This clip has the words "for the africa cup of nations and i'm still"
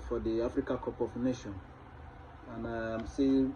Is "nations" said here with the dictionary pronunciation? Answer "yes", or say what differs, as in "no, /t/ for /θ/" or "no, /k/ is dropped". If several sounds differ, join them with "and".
no, /z/ is dropped